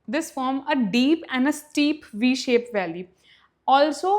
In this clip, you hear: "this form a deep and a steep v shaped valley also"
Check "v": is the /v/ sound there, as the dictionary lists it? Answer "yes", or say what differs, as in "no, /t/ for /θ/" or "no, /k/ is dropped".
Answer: yes